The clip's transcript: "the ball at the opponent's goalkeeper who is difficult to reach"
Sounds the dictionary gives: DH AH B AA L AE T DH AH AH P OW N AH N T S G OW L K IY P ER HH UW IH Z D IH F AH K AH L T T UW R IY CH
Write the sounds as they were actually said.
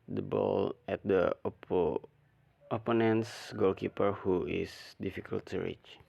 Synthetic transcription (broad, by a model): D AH B AA L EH T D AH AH P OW N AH N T S G OW L K IY P ER HH UW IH S D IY F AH K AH L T T UW R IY CH